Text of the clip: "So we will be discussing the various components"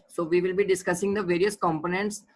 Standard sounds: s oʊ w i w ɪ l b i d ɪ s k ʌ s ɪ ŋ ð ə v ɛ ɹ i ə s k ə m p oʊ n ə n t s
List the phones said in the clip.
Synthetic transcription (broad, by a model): s oʊ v i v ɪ l b i d ɪ s k ʌ s ɪ ŋ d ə v ɛ ɹ i ə s k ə m p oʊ n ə n t s